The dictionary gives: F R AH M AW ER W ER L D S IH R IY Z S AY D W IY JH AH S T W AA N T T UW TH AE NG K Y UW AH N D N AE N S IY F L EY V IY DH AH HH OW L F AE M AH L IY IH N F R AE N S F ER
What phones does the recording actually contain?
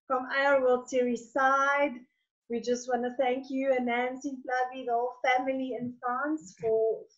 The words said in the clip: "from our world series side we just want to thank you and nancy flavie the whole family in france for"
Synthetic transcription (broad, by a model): F R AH M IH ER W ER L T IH R IY S AY D W IY JH AH S T W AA N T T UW TH AE NG K Y UW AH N N AE N S IY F L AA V IY DH AH HH OW L F AE M AH L IY IH N F R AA N S F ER